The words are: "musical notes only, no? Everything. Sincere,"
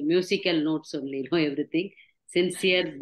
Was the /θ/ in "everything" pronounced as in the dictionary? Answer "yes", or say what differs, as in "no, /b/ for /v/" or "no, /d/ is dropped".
no, /t/ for /θ/